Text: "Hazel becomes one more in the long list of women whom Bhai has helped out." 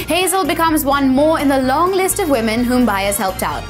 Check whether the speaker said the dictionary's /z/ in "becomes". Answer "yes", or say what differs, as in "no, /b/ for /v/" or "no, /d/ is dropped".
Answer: yes